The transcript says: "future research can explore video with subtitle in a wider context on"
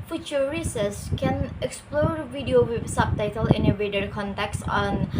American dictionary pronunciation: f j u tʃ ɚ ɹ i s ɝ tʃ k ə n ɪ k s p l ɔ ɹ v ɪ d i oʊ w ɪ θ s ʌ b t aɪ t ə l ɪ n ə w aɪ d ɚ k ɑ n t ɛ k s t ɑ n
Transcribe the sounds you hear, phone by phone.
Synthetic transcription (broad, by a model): f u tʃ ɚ ɹ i s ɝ s k ə n ɪ k s p l ɔ ɹ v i d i oʊ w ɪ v s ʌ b t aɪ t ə l ɪ n ə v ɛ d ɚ k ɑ n t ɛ k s ɑ n